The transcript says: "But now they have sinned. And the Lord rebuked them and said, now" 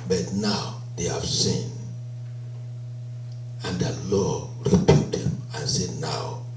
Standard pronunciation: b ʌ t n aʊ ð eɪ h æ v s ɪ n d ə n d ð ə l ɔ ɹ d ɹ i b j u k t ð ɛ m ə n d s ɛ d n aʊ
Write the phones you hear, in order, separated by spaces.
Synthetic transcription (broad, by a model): b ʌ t n aʊ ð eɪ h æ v s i n ə n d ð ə l ɔ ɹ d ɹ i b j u t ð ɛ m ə n s ɛ d n aʊ